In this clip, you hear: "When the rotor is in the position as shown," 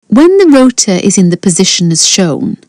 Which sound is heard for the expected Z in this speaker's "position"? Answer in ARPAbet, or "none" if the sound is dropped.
Z